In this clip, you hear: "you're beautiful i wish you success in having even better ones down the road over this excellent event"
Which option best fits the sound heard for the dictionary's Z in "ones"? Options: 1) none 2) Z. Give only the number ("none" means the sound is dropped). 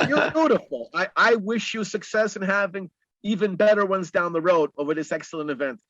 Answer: 2